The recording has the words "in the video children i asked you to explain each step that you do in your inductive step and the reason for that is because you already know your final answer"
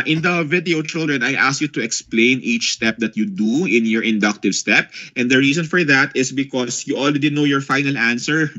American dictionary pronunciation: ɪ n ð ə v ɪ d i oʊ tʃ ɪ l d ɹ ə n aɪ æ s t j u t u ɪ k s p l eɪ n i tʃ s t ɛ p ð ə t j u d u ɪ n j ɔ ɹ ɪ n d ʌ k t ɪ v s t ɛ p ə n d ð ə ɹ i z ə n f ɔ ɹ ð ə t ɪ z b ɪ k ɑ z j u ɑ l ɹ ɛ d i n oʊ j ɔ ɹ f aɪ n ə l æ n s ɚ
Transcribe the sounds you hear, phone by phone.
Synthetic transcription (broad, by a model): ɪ n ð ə v ɪ d i oʊ tʃ ɪ l d ɹ ə n aɪ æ s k j u t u ɪ k s p l eɪ n i tʃ s t ɛ p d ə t j u d u ɪ n j ɔ ɹ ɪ n d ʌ k t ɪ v s t ɛ p ə n d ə ɹ i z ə n f ɔ ɹ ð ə t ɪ s b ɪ k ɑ s j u ɑ l ɹ ɛ d i n oʊ j ɔ ɹ f aɪ n ə l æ n s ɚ